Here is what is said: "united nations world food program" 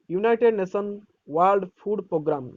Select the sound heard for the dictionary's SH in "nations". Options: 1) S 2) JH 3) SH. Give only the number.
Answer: 1